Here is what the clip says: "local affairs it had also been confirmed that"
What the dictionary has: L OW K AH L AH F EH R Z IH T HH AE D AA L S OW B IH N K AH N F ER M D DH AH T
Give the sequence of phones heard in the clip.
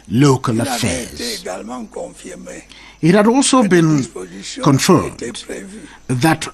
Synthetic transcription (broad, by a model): L OW K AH L AH F EH R Z IH T HH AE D AA L S OW B IH N K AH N F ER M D DH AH T